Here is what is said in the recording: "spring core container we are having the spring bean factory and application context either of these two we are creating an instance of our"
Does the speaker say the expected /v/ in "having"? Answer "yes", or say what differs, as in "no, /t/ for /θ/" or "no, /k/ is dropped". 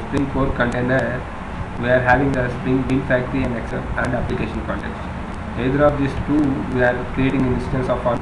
yes